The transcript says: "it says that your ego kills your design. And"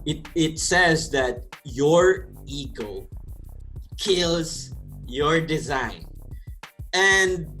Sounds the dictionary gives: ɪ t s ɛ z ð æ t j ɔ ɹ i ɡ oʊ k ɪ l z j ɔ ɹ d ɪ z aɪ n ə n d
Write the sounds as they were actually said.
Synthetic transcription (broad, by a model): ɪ t s ɛ z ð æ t j ɔ ɹ i ɡ oʊ k ɪ l z j ɔ ɹ d ɪ z aɪ n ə n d